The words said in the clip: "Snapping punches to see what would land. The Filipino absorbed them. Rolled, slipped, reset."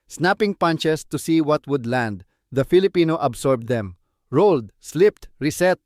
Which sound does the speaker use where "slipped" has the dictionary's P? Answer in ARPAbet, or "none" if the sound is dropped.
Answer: P